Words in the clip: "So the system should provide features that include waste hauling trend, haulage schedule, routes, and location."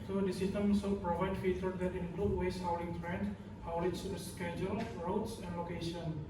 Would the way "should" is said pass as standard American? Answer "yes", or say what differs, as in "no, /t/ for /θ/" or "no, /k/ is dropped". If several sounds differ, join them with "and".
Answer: no, /s/ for /ʃ/